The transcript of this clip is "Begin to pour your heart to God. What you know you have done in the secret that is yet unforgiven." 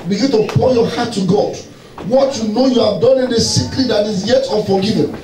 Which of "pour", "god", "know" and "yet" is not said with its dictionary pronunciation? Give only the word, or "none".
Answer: pour